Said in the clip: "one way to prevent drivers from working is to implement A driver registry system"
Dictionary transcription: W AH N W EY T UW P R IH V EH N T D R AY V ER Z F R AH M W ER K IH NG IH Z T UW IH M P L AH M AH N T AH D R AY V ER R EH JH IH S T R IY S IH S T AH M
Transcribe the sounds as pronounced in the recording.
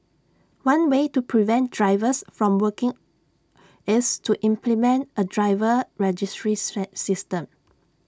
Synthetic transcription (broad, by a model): W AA N W EY T UW P R IH V EH N T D R AY V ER S F R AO M W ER K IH NG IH S T UW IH M P L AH M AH N T AH D R AY V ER R EH JH IH S T R IY S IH S T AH M